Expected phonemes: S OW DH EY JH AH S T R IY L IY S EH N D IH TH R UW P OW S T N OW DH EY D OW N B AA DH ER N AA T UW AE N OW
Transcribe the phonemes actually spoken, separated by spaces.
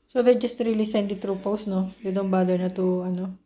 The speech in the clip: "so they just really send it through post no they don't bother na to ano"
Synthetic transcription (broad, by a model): S OW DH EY JH AH S T R IY L IY S EH N D IH T R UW P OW S N OW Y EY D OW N B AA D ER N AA T UW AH N OW